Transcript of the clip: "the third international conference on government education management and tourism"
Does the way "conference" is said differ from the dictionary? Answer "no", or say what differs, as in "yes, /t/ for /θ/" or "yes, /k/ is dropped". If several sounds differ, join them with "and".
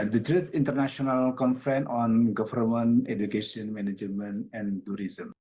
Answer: yes, /s/ is dropped